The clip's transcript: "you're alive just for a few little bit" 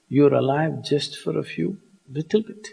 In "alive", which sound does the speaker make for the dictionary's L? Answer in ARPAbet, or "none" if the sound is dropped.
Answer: L